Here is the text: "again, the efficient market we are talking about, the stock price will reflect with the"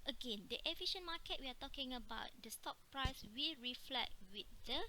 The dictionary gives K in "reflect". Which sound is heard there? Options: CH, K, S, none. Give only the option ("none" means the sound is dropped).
none